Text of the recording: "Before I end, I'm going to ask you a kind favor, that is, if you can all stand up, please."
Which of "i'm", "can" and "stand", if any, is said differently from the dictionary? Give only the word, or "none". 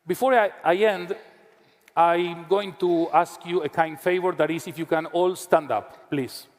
none